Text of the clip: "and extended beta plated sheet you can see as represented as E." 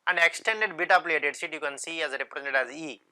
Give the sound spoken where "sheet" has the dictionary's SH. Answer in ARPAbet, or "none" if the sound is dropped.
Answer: S